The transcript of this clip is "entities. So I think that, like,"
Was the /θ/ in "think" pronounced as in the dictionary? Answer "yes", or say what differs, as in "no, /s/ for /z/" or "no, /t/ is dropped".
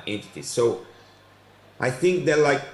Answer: yes